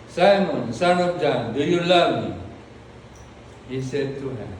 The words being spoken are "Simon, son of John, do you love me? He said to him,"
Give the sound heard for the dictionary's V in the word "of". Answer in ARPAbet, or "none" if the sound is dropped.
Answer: P